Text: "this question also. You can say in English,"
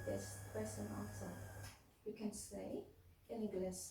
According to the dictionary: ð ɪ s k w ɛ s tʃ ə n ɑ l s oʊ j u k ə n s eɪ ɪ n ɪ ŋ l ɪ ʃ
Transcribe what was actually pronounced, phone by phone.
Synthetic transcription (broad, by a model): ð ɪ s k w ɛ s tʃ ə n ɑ n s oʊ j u k ə n s eɪ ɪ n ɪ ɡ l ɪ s